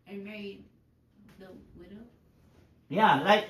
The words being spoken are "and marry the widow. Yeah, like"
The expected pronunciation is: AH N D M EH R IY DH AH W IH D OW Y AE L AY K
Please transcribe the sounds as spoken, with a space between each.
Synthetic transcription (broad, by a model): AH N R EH IY DH AH W IH D OW Y AE L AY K